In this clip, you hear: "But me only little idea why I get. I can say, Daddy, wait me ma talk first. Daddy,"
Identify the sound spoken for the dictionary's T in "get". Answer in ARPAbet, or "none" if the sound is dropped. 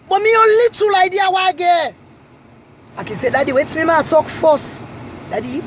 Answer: none